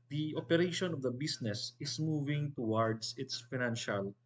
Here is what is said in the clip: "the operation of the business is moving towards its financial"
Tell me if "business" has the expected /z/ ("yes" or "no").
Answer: no